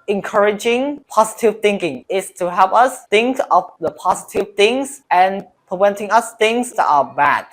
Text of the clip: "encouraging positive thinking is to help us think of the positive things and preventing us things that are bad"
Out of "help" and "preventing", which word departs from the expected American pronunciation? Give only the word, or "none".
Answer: none